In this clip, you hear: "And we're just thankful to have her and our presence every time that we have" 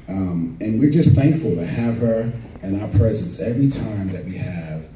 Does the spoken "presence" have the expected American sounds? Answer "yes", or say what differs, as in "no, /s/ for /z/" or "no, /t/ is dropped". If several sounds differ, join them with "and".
yes